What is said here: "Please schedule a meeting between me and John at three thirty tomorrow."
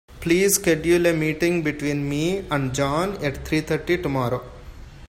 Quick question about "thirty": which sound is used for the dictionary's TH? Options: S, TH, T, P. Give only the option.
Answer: T